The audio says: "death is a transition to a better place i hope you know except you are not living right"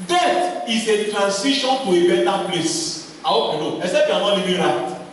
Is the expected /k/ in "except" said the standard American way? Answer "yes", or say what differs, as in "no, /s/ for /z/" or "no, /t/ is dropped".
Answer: no, /k/ is dropped